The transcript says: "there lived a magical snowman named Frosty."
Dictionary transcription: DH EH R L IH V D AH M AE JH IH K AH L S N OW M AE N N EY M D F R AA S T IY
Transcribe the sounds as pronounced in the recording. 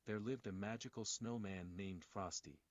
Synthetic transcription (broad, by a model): DH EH R L IH V D AH M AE JH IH K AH L S N OW M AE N N EY M D F R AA S T IY